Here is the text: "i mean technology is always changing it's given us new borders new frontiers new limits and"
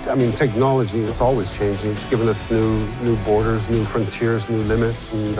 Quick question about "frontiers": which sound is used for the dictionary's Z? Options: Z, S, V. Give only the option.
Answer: Z